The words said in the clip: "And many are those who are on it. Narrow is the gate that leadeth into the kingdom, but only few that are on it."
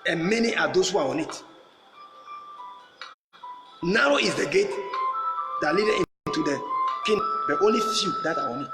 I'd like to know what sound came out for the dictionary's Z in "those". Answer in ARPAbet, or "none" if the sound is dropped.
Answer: S